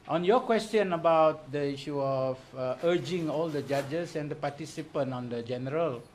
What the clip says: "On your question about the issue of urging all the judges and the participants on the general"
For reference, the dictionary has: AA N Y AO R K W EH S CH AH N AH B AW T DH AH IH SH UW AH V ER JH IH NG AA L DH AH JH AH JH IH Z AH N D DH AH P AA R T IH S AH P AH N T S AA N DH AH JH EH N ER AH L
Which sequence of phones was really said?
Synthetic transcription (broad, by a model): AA N Y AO K W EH S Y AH N AH B AW T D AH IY SH UW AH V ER JH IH NG AA L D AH JH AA JH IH S AH N D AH P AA T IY S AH P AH N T AA N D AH JH EH N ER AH L